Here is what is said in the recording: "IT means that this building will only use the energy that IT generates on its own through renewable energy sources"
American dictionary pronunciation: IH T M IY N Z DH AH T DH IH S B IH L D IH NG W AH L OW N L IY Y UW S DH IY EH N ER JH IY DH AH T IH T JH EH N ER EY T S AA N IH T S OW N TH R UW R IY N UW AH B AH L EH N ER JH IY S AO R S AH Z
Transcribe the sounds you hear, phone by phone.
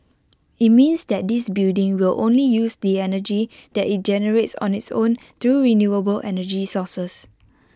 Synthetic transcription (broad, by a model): IH T M IY N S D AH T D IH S B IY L D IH NG W AH L OW N L IY Y UW S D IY EH N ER JH IY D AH T IH T JH EH N ER EY T S AA N IH T S OW N T R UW R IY N UW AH B AH L EH N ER JH IY S AO S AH S